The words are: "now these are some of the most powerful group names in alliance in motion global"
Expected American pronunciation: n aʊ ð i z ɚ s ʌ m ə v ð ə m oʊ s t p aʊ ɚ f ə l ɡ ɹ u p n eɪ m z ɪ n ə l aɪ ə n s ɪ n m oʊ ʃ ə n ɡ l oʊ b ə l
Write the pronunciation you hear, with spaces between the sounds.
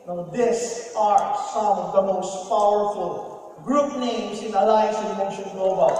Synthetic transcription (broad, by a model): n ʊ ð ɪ s ɚ s ʌ m ə v ð ə m oʊ s t p aʊ ɚ f ə l ɡ ɹ u p n eɪ m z ɪ n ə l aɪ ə s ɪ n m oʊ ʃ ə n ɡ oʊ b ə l